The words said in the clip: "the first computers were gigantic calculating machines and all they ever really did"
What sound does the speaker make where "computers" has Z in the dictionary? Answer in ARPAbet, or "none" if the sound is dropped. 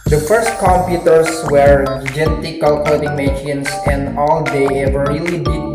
S